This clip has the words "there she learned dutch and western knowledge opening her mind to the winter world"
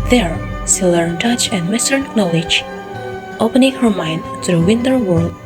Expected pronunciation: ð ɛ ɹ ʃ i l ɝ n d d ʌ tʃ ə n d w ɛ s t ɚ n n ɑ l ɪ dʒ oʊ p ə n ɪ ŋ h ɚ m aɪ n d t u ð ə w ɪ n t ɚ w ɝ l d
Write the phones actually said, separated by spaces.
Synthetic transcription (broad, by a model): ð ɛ ɹ s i l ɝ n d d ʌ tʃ ə n d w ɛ s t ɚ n n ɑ l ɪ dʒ oʊ p ə n ɪ ŋ h ɚ m aɪ n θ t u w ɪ n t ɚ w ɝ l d